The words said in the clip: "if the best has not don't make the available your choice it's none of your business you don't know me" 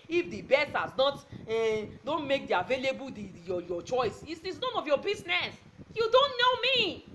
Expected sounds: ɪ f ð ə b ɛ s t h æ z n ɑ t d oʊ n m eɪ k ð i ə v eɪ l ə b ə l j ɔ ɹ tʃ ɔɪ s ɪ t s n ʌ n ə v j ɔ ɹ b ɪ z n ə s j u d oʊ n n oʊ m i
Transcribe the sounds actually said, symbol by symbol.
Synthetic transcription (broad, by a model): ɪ f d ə b ɛ s t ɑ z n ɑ t d oʊ n m eɪ k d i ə v eɪ l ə b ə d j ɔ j tʃ ɔɪ s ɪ s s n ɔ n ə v j ɔ b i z n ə s j u d oʊ n n oʊ m i